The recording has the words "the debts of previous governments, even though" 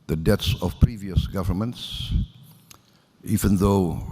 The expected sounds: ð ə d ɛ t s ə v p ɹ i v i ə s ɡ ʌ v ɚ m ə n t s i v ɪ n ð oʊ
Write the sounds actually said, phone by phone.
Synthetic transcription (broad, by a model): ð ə d ɛ t s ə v p ɹ i v i ə s ɡ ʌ v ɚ m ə n t s i v ɪ n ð oʊ